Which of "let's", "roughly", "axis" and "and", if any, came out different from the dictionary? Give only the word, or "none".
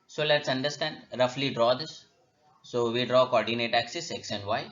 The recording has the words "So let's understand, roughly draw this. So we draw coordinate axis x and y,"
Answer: none